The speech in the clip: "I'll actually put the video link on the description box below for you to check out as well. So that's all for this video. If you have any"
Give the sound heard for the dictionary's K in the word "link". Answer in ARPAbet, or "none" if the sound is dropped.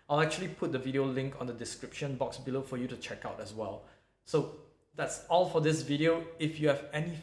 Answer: K